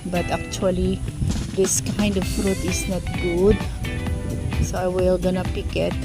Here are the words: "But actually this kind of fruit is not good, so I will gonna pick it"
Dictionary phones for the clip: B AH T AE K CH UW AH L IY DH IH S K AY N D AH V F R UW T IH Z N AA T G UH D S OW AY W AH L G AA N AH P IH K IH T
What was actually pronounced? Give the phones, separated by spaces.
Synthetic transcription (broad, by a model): B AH T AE K CH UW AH L IY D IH S K AY N D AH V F R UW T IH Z N AA T G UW D S OW AY W AH L G AA N AH P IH K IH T